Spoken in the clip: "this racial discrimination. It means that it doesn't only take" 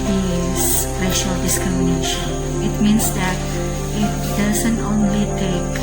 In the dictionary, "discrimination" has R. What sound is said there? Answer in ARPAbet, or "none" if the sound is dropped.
none